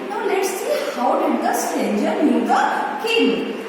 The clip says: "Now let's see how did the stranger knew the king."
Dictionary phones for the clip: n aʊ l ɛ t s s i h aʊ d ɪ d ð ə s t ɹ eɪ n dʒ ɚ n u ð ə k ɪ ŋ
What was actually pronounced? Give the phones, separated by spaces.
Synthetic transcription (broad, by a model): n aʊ l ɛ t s s i h aʊ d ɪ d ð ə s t eɪ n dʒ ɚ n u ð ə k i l